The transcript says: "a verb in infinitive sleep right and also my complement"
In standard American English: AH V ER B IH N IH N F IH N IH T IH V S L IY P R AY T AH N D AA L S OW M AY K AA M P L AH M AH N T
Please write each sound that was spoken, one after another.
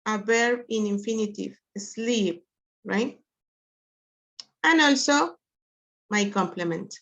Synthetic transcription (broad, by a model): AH B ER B IH N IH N F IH N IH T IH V S L IY P R AY T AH N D AA L S OW M AY K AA M P L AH M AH N T